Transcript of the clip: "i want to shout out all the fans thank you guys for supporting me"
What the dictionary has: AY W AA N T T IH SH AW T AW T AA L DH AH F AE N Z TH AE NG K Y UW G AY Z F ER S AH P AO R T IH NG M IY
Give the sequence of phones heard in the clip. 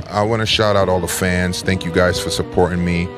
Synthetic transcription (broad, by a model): AY W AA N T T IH SH AW T AW T AA L DH AH F AE N Z TH AE NG K Y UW G AY Z F ER S AH P AO R T IH NG M IY